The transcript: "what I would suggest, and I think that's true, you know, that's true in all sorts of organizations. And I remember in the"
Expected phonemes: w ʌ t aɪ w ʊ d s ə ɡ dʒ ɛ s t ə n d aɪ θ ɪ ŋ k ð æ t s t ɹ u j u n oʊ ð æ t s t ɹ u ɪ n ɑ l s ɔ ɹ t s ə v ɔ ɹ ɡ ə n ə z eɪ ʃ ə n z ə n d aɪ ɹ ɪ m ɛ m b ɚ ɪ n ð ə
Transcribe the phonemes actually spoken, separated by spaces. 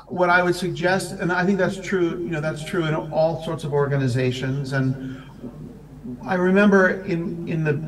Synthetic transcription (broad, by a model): w ʌ t aɪ w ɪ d s ə ɡ dʒ ɛ s t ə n aɪ θ ɪ ŋ k ð æ t s t ɹ u j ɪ n oʊ ð æ t s t ɹ u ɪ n ɑ l s ɔ ɹ t s ə v ɔ ɹ ɡ ə n ə z eɪ ʃ ə n z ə n aɪ ɹ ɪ m ɛ m b ɚ ɪ n ð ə